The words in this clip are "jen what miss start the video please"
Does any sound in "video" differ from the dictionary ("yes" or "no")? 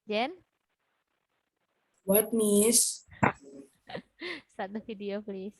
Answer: yes